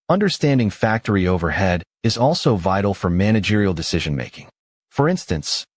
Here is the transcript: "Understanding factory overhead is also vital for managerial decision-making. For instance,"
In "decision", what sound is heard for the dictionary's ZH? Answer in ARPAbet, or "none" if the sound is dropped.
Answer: ZH